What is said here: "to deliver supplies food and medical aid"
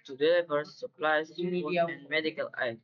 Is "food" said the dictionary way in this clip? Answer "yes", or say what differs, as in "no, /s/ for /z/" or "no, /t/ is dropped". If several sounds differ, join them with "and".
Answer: no, /d/ is dropped